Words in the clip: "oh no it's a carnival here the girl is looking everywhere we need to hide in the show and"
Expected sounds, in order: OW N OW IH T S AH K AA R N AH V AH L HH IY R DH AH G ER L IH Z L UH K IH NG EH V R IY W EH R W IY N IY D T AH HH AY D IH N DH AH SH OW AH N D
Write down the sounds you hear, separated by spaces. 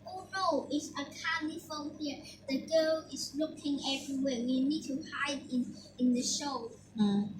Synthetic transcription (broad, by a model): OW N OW IH T S AH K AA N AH F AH N HH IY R DH AH G ER L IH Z L UH K IH NG EH V R IY W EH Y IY N IY D T AH HH AY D IH N DH AH SH OW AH